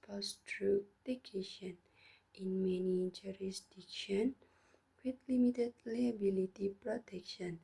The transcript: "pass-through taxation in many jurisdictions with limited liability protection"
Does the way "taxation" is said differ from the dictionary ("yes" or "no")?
yes